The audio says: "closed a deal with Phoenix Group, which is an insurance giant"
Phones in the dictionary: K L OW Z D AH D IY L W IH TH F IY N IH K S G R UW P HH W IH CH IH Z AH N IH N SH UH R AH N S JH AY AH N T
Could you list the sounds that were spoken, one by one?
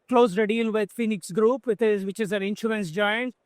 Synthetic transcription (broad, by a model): K L OW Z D AH D IY L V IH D F IY N IH K S G R UW P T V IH CH IH Z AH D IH N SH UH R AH N S JH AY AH N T